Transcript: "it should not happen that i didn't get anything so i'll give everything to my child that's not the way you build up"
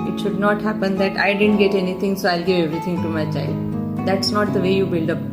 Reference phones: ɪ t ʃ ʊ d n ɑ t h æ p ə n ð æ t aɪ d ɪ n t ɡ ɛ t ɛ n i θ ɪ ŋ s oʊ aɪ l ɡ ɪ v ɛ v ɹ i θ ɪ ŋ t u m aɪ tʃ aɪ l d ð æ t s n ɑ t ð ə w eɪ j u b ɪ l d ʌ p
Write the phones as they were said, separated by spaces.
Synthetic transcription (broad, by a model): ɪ t ʃ ʊ d n ɑ t h æ p ə n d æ t aɪ d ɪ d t ɡ ɛ t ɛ n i t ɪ ŋ s oʊ aɪ l ɡ ɪ v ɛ v ɹ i t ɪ ŋ t u m aɪ tʃ aɪ l d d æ t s n ɑ t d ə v eɪ j u b ɪ l d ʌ p